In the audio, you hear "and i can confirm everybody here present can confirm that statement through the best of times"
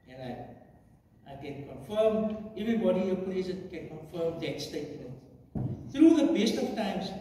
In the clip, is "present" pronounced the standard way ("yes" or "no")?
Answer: no